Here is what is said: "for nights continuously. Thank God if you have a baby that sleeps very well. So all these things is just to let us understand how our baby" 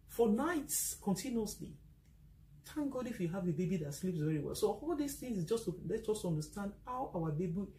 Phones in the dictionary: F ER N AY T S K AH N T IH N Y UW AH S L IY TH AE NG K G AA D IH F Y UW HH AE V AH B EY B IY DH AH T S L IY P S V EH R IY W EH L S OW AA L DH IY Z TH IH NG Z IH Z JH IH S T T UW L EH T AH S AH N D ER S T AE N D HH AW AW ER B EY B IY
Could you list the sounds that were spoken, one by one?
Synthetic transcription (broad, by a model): F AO N AY T S K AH N T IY N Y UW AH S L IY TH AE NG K G AA D IH F Y UW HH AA V AH B EY B IY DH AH T S L IY P S V EH R IY W EH L S OW AA L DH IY S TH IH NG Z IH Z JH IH S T T UW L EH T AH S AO N D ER S T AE N D HH AW AW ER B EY B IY